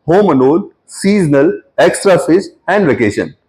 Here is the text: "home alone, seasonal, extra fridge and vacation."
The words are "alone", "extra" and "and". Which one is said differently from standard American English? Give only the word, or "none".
alone